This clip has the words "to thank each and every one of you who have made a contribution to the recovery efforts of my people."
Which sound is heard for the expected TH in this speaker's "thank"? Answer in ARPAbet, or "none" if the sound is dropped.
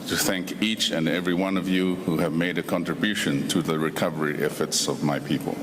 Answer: TH